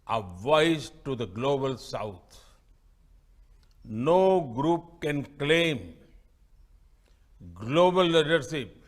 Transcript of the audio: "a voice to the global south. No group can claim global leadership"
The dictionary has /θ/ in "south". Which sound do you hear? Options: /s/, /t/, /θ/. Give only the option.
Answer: /t/